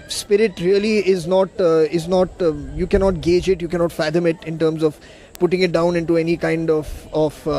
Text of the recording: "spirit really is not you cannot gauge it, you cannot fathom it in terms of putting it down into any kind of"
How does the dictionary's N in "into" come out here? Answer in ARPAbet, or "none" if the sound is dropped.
N